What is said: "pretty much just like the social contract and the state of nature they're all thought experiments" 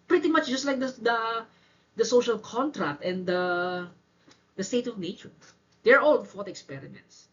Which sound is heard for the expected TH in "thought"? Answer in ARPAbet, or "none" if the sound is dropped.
F